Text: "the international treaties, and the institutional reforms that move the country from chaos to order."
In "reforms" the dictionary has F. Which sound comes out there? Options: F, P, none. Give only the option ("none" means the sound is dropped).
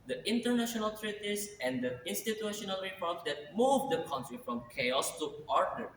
P